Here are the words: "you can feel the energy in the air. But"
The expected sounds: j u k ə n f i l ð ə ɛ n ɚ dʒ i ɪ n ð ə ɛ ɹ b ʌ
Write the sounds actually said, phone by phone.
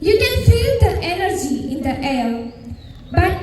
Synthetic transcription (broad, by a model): j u k ə n f i l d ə ɛ n ɚ dʒ i ɪ n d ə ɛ l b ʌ